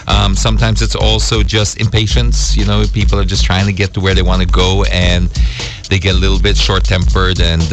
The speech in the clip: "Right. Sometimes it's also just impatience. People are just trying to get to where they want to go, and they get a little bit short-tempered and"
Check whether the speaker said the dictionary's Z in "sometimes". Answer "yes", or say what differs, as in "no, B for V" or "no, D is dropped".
yes